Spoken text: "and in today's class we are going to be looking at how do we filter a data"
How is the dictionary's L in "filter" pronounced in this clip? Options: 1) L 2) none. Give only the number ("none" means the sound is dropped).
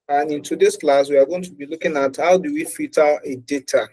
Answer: 2